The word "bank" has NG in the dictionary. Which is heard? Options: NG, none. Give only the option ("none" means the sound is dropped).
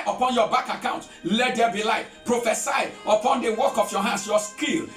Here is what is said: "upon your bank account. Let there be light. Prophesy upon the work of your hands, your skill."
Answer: none